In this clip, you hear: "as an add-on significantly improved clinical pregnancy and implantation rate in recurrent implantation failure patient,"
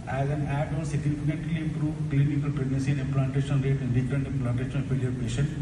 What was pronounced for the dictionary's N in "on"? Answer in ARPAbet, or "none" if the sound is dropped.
L